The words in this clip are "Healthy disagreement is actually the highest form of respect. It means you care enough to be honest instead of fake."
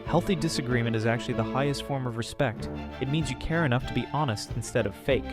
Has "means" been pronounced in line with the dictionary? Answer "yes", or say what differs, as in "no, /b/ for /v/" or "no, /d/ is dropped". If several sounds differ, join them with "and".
yes